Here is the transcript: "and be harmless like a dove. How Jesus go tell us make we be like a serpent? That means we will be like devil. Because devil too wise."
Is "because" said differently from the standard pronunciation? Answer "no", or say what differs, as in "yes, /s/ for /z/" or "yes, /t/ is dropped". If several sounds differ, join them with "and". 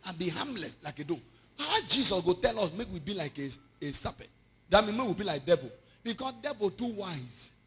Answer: yes, /s/ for /z/